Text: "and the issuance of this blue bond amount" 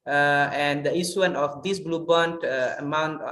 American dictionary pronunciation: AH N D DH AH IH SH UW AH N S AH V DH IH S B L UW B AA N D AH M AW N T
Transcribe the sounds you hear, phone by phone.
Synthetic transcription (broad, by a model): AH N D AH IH S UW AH N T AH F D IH S B L UW B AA N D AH M AW N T